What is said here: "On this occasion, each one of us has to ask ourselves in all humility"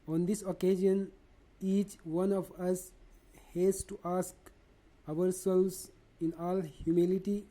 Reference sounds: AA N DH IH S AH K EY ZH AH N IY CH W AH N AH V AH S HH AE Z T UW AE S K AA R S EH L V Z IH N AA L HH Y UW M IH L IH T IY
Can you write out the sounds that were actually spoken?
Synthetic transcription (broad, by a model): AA N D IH S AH K EY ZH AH N IY CH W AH N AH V AH S HH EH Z T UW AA S K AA R S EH L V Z IH N AA L HH Y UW M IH L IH T IY